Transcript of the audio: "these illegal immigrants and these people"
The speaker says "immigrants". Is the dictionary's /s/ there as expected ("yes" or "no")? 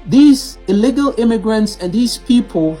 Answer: yes